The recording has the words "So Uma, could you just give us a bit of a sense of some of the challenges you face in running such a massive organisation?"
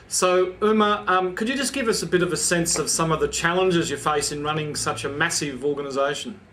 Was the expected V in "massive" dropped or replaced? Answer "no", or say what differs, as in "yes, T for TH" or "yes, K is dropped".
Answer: no